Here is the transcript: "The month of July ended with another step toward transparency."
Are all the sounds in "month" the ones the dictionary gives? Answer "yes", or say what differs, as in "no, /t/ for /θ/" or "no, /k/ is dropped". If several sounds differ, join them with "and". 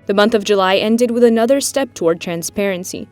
yes